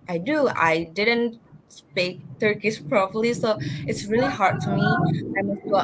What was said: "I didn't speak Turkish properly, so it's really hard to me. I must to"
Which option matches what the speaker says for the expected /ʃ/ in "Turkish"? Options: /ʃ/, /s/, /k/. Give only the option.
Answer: /s/